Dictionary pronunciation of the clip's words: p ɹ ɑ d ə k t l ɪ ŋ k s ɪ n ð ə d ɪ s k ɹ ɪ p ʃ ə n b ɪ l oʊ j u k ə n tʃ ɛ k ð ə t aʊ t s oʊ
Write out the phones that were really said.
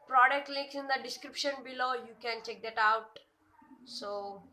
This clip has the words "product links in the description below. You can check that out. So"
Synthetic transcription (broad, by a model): p ɹ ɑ d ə k t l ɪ k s ɪ n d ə d ɪ s k ɹ ɪ p ʃ ə n b ɪ l oʊ j u k ə n tʃ ɛ k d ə t aʊ t s oʊ